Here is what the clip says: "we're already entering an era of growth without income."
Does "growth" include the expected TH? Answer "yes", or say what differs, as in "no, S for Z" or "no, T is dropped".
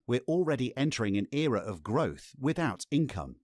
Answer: yes